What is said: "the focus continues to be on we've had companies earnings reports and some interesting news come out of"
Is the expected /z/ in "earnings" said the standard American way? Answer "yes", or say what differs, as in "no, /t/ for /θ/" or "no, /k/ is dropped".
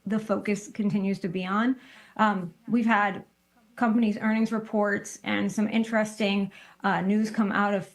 yes